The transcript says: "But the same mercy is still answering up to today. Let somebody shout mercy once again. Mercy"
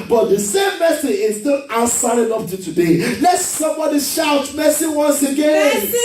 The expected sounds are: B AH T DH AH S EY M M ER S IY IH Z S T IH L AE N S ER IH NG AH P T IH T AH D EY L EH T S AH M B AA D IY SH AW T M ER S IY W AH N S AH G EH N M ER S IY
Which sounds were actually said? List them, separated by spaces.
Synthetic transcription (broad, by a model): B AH T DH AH S EY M M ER S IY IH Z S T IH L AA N S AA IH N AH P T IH T AH D EY L EH T S AH M B AA D IY SH AW T M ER S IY W AH N S AH G EH N